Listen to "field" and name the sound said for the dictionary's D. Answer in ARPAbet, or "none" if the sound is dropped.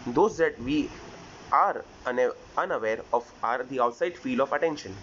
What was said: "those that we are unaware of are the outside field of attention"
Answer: none